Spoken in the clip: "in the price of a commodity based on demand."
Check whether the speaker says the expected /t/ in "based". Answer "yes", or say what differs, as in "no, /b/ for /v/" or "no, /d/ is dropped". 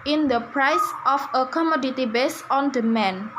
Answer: no, /t/ is dropped